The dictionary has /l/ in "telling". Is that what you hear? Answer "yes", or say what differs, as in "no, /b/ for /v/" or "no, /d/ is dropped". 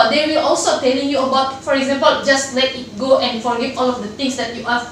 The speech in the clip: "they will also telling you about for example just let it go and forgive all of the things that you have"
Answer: yes